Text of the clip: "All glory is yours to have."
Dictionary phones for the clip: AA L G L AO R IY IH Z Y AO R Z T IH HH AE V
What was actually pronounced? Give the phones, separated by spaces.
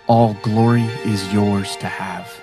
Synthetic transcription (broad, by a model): AA L G L AO R IY IH Z Y AO R Z T IH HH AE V